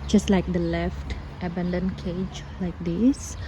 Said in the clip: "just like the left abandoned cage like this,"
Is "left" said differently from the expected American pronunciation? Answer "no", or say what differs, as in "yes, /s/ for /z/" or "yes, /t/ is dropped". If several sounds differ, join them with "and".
no